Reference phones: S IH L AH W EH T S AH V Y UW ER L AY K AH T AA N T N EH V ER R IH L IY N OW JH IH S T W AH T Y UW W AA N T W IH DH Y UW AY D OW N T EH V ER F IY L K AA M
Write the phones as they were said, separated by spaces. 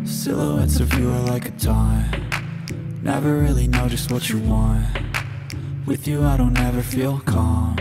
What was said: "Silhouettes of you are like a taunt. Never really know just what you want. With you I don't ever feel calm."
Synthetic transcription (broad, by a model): S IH L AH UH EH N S AH V Y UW ER L AY K AH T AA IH N EH V ER R IH L IY N OW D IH S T W AH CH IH W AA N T W IH DH Y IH AY D OW N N EH V ER F IY L K AA M